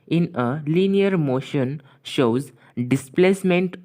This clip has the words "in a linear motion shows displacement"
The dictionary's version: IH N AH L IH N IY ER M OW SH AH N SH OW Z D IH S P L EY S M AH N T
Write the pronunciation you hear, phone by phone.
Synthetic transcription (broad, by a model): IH N AH L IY N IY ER M OW SH AH N SH OW Z D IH S P L EY S M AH N T